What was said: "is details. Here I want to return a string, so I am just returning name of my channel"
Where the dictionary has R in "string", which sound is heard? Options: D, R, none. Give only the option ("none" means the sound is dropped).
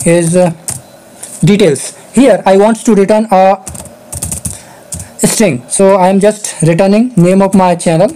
R